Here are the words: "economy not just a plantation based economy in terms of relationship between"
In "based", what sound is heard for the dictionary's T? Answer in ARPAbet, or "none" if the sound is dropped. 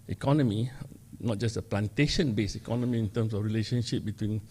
none